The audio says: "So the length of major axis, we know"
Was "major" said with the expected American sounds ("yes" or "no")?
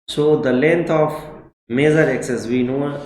no